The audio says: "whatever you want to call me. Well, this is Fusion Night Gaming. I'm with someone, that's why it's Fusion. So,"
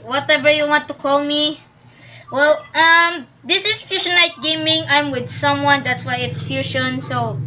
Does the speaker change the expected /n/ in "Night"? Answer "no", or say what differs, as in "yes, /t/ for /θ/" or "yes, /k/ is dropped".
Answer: yes, /l/ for /n/